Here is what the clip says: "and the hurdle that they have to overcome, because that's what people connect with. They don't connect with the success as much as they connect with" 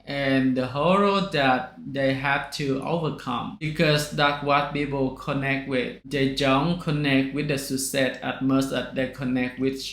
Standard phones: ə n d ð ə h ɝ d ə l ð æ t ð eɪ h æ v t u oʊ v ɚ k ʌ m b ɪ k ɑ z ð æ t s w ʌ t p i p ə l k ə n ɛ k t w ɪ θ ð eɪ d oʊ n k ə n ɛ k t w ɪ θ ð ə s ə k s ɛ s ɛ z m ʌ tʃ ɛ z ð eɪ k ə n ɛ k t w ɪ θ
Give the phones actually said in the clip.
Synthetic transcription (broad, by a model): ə n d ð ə h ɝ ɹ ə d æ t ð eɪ h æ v t u oʊ v ɚ k ʌ m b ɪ k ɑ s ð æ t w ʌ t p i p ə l k ə n ɛ k t w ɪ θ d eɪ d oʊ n k ə n ɛ k t w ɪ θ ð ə s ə s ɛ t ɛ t m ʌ s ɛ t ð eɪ k ə n ɛ k t w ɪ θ